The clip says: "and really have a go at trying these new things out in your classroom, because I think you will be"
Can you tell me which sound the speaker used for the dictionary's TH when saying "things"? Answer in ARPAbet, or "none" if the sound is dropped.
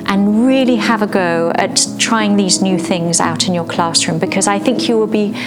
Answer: TH